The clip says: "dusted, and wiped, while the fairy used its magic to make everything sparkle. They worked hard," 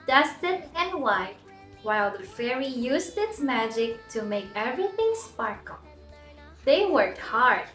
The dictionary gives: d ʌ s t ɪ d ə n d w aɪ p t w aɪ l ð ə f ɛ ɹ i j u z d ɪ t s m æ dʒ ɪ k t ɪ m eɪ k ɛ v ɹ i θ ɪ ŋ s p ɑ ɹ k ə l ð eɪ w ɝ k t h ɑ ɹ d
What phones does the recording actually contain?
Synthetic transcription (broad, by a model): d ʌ s t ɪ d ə n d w aɪ t w aɪ l ð ə f ɛ ɹ i j u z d ɪ t s m æ dʒ ɪ k t ɪ m eɪ k ɛ v ɹ i θ ɪ ŋ s p ɑ ɹ k l ð eɪ w ɝ k t h ɑ ɹ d